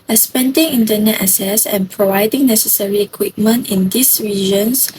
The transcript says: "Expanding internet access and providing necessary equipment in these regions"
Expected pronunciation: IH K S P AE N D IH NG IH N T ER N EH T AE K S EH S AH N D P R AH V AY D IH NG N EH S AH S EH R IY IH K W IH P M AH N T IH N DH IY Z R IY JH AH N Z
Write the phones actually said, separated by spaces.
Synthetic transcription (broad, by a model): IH S P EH N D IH NG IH N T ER N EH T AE S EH S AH N P R AH V AY D IH NG N EH S AH S EH R IY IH K W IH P M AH N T IH N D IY S R IY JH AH N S